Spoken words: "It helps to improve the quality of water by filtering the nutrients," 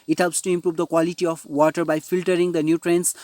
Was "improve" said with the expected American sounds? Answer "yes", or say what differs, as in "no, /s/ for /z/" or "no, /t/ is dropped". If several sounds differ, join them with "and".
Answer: yes